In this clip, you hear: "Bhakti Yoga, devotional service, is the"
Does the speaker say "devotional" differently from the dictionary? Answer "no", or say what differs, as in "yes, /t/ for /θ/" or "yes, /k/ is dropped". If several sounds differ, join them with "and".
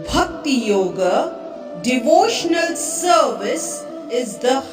no